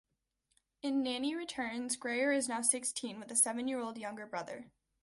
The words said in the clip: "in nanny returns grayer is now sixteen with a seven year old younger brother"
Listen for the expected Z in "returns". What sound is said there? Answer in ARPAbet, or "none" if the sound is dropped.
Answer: Z